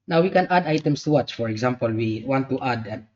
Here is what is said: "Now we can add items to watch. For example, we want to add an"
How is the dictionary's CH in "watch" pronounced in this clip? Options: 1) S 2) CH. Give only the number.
2